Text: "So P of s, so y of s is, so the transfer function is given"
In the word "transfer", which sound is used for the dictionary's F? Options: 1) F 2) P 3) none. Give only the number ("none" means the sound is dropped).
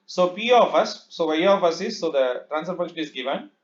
3